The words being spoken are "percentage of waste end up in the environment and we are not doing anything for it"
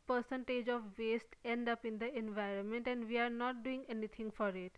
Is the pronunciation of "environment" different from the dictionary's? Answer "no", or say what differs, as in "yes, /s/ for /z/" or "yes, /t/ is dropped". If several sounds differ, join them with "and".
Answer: no